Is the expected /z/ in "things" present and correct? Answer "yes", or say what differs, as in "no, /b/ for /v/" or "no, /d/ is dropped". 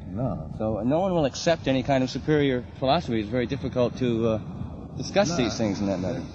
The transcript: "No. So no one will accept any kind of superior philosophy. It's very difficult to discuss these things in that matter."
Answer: yes